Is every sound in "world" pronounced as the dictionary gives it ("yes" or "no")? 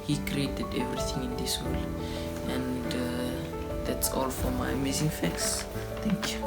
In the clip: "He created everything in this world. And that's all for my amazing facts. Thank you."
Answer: no